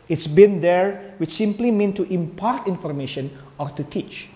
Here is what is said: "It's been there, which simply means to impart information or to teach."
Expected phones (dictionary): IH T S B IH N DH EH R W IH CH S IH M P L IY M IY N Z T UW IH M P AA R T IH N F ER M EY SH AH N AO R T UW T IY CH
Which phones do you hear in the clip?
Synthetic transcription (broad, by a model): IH T S B IH N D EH R W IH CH S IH M P L IY M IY N T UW IH M P AA R T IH N F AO M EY SH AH N AO R T UW T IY CH